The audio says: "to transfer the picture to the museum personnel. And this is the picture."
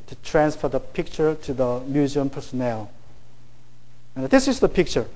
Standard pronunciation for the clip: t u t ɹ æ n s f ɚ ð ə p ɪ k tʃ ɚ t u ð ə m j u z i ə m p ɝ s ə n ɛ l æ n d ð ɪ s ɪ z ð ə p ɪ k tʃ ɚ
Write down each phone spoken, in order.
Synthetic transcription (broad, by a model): t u t ɹ æ n s f ɚ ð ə p ɪ k tʃ ɚ t u ð ə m j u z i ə m p ɝ s ə n ɛ l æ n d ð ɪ s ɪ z ð ə p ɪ k tʃ ɚ